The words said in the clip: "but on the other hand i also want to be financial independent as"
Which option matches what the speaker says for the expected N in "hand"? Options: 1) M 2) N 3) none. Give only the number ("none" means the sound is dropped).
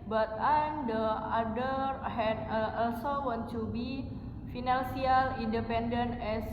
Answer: 3